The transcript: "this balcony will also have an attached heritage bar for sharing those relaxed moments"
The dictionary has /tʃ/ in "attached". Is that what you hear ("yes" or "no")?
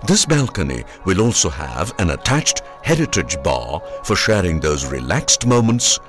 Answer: yes